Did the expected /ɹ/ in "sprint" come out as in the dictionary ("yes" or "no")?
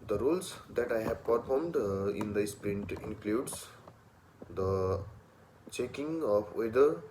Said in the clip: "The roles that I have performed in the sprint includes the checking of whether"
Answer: yes